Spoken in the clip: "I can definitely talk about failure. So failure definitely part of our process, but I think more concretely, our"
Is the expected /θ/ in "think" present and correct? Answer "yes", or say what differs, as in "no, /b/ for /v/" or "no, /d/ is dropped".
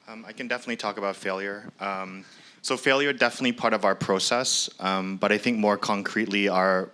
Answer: yes